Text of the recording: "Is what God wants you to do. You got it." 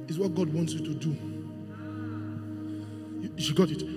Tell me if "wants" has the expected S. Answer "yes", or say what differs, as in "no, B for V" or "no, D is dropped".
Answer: yes